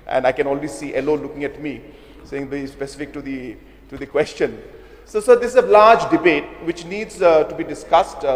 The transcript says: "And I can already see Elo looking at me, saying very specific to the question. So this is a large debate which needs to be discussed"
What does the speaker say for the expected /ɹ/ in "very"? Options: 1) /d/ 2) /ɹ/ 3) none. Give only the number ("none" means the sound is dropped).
3